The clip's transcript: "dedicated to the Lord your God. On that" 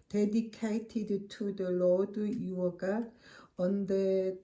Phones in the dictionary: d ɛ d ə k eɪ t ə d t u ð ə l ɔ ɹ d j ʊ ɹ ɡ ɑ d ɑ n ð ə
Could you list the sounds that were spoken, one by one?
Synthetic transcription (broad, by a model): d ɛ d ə k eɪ t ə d t u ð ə l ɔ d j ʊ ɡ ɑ ɑ n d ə